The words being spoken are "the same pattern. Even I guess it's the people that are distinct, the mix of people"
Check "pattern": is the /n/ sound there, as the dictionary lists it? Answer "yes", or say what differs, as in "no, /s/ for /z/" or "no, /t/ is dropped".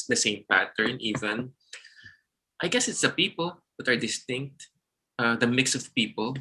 yes